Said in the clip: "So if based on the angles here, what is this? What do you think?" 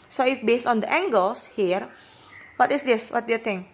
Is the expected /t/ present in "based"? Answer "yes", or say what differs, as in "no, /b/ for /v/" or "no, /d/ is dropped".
yes